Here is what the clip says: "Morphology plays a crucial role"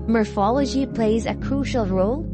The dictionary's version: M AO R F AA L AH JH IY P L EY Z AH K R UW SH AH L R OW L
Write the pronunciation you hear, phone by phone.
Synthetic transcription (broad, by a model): M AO R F AA L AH JH IY P L EY Z AH K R UW SH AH L R OW L